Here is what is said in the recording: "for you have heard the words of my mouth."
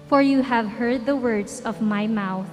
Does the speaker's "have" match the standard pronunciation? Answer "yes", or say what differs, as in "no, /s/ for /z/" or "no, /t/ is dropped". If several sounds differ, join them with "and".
yes